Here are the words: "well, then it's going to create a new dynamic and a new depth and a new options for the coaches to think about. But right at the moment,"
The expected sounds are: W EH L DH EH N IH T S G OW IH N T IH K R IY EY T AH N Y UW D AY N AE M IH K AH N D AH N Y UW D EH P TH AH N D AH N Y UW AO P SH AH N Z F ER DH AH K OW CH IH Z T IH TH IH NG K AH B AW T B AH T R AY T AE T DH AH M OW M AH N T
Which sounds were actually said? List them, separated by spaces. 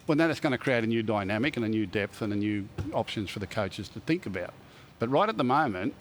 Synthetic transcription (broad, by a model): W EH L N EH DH IH T S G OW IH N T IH K R IY EY T AH N Y UW D AY N AE M IH K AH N AH N Y UW D EH P TH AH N AH N Y UW AO P SH AH N Z F ER DH AH K OW CH IH Z T IH TH IH NG K AH B AW T B AH T R AY T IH T DH AH M OW M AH N T